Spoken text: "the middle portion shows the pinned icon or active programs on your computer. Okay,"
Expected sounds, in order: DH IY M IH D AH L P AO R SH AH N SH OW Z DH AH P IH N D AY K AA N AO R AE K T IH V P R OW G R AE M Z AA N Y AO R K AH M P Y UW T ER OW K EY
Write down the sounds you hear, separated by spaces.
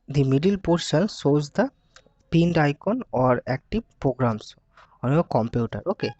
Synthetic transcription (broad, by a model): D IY M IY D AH L P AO R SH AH N S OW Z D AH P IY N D AY K AA N AO R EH K T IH B P R OW G R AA M S AA N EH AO K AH M P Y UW T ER OW K EY